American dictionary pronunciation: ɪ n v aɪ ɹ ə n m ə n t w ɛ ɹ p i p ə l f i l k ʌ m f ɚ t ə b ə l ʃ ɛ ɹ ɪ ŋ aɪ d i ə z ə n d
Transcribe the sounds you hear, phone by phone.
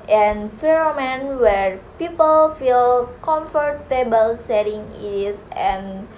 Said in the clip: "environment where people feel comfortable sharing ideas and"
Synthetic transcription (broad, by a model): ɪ n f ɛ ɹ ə m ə n w ɛ ɹ p i p ə l f i l k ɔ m f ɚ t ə b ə l s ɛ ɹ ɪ ŋ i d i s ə n